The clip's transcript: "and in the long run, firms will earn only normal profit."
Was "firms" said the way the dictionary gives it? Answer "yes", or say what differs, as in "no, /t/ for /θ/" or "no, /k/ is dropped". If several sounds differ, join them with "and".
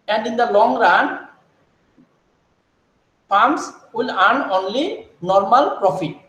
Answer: no, /p/ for /f/ and /s/ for /z/